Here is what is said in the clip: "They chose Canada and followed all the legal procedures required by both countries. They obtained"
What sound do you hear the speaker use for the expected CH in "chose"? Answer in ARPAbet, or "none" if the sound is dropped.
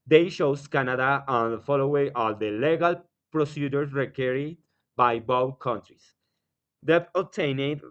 SH